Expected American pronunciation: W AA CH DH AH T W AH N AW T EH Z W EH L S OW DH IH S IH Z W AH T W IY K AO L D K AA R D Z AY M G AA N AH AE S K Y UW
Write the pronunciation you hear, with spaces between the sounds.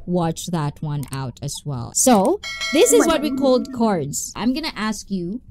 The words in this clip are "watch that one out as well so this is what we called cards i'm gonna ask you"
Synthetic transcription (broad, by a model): W AA CH DH AH T W AH N AW T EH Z W EH L S OW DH IH S IH Z W AH T W IY K AO L D K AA R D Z AY M G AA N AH AE S K Y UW